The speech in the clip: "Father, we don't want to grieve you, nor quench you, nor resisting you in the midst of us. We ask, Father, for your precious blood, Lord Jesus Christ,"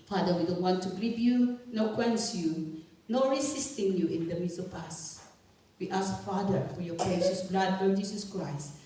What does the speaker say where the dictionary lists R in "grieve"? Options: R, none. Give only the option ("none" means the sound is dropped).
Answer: none